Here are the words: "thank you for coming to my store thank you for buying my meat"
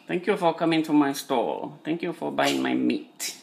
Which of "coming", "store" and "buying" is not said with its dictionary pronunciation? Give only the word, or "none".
store